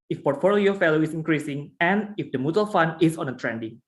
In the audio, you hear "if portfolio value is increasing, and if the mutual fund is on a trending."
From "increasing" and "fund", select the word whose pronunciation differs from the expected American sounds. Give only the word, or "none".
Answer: fund